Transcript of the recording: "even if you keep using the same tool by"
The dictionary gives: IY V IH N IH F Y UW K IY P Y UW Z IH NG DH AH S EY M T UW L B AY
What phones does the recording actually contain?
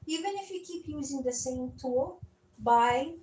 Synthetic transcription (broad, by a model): IY V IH N IH F Y UW K IY P Y UW Z IH NG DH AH S EY M T UW L B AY